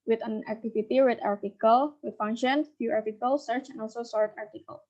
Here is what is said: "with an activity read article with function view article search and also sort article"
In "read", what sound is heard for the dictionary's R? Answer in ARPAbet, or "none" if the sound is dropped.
W